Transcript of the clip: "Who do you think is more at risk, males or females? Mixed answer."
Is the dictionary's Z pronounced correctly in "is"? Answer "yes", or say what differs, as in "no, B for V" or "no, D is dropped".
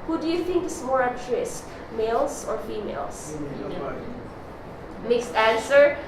no, S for Z